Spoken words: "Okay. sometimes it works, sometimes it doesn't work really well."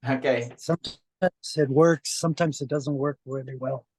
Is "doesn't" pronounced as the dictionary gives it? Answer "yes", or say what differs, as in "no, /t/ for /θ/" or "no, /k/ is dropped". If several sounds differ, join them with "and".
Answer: yes